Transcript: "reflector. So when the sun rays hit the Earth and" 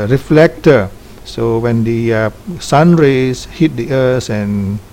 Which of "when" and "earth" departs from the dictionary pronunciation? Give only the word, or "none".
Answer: earth